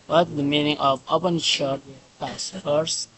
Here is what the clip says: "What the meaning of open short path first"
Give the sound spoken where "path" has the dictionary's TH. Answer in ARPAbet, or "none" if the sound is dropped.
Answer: S